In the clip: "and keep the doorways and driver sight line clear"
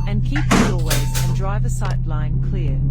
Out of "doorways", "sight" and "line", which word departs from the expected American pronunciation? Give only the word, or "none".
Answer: doorways